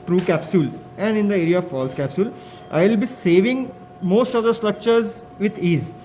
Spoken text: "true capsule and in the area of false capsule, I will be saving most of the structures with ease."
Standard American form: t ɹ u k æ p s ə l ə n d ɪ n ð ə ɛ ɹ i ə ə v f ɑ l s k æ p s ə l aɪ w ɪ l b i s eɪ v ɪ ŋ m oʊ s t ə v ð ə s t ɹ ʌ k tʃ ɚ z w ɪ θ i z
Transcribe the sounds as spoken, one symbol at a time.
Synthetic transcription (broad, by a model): t ɹ u k æ p s ə l ə n d ɪ n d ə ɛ ɹ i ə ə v f ɑ l s k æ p s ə l aɪ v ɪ l b i s eɪ v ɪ ŋ m oʊ s t ə v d ə s t ɹ ʌ k tʃ ɚ z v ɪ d i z